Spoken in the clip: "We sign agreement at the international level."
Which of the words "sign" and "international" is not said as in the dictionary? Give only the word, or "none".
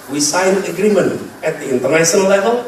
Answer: international